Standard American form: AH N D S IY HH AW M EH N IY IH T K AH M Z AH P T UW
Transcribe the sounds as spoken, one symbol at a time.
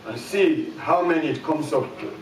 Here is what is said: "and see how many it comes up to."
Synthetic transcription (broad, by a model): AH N S IY HH AW M EH N IY IH T K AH M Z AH F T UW